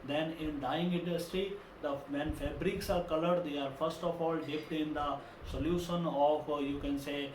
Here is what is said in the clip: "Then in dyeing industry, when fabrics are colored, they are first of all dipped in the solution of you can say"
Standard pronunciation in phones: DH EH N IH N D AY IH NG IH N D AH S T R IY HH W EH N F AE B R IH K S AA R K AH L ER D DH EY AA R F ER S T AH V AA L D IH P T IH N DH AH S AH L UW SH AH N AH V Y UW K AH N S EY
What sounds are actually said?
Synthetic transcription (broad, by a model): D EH N IH N D AY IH NG IH N D AH S T R IY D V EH N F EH B R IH K S AA R K AH L ER D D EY AA R F ER S T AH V AA L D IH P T IH N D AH S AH L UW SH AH N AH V Y UW K AH N S EY